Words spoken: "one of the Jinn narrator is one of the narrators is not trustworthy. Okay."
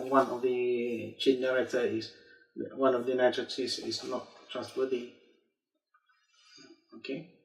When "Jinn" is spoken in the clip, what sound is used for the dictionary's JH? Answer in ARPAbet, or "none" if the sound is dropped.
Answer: CH